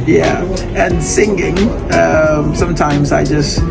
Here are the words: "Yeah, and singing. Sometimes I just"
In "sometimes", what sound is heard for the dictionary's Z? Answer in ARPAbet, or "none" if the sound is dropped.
Z